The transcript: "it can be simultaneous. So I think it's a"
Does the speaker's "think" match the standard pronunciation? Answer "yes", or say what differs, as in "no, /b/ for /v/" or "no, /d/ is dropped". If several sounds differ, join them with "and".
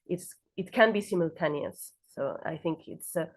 yes